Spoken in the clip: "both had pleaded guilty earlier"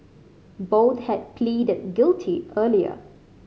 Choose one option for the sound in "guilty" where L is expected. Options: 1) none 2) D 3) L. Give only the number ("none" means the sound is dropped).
3